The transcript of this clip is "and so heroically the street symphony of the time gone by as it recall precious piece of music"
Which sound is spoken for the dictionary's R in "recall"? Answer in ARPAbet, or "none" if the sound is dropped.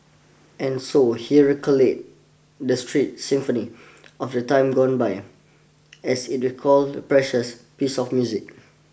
W